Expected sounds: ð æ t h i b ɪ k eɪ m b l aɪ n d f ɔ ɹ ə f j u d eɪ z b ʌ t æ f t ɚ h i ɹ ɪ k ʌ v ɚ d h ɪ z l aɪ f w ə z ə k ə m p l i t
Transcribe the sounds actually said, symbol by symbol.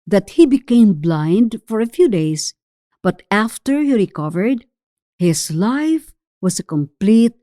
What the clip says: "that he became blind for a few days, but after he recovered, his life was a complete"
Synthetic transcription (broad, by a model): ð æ t h i b ɪ k eɪ m b l aɪ n d f ɔ ɹ ə f j u d eɪ s b ʌ t æ f t ɚ h i ɹ ɪ k ʌ v ɚ d h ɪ s l aɪ f w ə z ə k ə m p l i t